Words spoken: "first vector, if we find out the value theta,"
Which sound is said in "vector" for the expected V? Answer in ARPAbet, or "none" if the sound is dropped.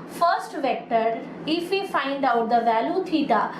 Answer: V